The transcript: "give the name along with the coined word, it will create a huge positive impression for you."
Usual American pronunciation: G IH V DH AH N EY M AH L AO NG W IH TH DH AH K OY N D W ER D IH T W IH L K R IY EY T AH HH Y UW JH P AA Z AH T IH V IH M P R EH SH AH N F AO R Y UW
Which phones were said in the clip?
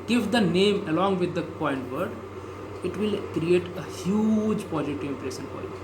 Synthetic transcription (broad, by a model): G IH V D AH N EY M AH L AO NG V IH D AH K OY N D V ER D IH T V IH L K R IY EY T AH HH Y UW JH P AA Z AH T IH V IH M P R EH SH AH N F AO R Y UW